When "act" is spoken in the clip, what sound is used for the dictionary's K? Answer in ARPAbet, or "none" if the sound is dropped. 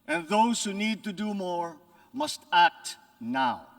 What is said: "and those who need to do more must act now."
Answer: K